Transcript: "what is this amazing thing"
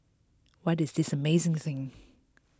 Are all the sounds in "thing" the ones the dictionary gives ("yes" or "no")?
yes